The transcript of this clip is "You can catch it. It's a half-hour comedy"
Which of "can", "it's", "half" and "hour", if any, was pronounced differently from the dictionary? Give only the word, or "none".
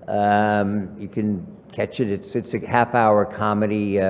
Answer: none